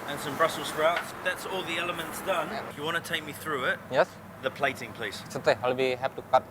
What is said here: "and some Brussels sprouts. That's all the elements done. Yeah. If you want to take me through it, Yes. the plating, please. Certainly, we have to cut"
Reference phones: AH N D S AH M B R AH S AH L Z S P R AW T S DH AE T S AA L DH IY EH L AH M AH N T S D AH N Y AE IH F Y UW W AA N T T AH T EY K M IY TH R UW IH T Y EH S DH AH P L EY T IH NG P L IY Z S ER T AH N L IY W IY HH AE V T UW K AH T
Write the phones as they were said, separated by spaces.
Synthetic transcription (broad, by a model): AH N S AH M B R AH S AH L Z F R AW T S DH AE T S AA L DH IY EH L AH M AH N T S D AH N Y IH W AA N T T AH T EY K M IY TH R UW IH T Y EH S DH AH P L EY T IH NG P L IY Z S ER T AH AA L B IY HH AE P T UW K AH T